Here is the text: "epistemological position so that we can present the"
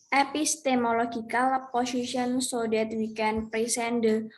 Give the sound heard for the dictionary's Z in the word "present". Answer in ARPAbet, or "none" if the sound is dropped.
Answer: S